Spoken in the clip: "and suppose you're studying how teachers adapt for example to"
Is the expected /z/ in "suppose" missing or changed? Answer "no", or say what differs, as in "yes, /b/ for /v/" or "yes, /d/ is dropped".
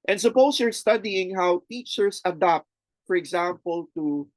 yes, /s/ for /z/